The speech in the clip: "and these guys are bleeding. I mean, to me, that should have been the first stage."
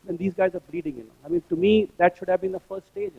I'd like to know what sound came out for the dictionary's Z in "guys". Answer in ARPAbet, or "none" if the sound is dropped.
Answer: Z